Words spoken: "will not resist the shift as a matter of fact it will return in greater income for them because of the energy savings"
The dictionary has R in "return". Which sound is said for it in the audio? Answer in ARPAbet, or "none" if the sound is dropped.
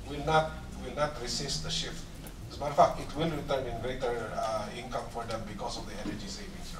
R